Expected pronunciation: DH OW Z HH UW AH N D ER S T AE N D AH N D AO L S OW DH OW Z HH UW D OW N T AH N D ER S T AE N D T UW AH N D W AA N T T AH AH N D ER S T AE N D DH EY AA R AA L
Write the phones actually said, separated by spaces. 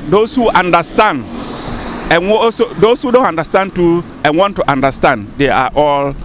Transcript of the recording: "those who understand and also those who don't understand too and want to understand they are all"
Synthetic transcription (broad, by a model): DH OW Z HH UW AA N D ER S T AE N D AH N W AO S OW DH OW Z HH UW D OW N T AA N D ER S T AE N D T UW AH N W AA N T T AH N D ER S T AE N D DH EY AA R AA L